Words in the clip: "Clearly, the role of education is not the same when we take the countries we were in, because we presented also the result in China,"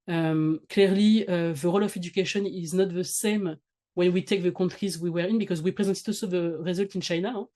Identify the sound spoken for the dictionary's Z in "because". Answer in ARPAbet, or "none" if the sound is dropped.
Z